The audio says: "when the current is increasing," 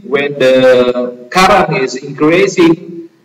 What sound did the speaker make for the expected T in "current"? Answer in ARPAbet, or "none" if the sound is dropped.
none